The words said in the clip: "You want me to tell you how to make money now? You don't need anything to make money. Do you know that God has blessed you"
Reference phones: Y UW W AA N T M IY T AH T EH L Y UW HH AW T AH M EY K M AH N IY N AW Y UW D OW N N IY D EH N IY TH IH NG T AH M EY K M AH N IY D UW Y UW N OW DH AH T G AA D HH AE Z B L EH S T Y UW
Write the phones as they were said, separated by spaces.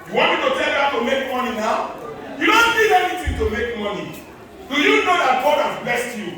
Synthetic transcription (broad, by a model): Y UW W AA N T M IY T AH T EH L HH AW T AH M EY K M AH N IY N AW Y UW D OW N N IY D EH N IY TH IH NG T AH M EY K M AH N IY D UW Y UW N OW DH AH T G AA D HH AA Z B EH S T Y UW